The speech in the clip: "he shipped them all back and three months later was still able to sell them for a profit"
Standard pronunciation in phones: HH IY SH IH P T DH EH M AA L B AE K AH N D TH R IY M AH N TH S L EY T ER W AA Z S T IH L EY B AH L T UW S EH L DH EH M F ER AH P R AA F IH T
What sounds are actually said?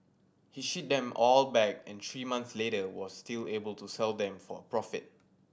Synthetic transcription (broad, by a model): HH IY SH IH T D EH M AA L B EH K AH N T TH R IY M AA N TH S L EY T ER W AA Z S T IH L EY B AH L T UW S EH L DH EH M F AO AH P R AA F IH T